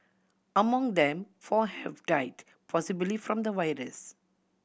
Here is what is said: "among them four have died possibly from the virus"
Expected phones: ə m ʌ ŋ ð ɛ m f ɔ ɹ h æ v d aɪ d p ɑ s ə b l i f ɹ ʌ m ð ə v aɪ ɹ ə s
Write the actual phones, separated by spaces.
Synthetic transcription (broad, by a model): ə m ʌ ŋ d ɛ m f ɔ h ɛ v d aɪ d p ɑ s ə b l i f ɹ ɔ m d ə w aɪ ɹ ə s